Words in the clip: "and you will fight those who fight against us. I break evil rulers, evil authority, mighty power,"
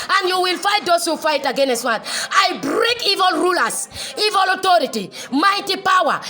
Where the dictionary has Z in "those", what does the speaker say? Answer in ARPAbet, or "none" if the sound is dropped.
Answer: S